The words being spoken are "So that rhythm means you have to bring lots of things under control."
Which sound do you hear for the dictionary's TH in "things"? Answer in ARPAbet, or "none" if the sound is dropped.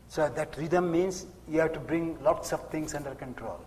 T